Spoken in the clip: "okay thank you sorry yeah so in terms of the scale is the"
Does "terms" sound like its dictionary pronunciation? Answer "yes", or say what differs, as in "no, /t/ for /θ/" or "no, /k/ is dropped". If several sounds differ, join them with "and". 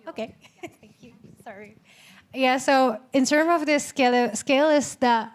no, /z/ is dropped